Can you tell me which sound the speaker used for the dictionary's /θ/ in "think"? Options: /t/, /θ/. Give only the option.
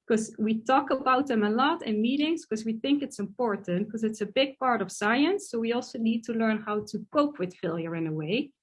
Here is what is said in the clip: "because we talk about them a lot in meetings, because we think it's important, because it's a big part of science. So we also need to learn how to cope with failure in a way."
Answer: /θ/